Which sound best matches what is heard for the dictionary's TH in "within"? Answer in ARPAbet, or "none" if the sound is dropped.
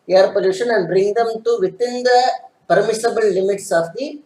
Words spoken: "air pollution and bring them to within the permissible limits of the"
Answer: T